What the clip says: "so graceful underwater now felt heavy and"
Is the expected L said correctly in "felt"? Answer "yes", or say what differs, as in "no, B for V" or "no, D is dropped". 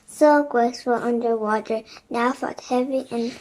no, L is dropped